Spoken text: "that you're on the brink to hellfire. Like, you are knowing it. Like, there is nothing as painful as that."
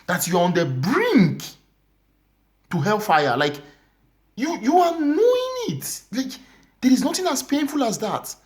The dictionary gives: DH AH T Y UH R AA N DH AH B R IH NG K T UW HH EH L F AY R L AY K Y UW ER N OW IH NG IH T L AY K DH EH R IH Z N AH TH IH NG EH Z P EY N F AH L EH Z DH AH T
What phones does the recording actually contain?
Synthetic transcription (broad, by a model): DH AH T Y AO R AA N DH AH B R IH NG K T UW HH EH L F AY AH L AY K Y UW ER N OW IH NG IH T L AY K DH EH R IH Z N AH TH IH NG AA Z P EY N F AH L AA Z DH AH T